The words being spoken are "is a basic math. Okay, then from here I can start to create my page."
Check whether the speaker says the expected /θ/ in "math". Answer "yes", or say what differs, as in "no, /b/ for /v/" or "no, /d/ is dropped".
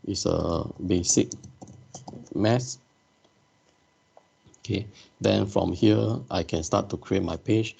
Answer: no, /s/ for /θ/